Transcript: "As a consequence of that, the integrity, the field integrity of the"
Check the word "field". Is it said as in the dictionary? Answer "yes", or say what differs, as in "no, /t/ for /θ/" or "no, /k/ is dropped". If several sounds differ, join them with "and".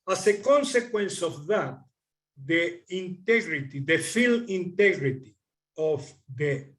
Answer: no, /d/ is dropped